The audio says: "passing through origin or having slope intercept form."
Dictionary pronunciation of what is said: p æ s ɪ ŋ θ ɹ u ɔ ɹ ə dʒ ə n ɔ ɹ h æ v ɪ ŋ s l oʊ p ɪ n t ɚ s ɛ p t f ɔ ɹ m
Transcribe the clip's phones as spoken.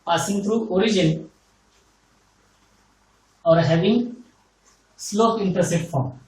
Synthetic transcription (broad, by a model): p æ s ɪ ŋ t ɹ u ɔ ɹ ə dʒ ə n ɔ ɹ h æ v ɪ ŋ s l oʊ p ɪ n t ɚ s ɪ t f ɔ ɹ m